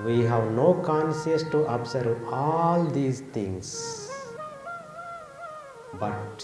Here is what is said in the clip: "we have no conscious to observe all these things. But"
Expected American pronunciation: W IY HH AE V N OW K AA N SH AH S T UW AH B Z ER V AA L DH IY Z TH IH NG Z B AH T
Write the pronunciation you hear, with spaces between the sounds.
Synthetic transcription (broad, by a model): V IY HH AE V N OW K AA N S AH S T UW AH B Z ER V AA L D IY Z T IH NG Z B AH T